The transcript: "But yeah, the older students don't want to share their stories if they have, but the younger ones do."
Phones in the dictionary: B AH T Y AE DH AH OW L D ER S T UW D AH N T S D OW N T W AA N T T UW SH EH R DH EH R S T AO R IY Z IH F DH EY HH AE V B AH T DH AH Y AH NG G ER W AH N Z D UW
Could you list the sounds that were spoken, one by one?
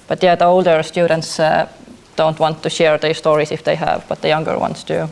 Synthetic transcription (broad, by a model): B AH T Y AE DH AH OW L D ER S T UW D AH N T S D OW N T W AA N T T UW SH EH R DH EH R S T AO R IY S IH F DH EY HH AE V B AH T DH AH Y AH NG G ER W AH N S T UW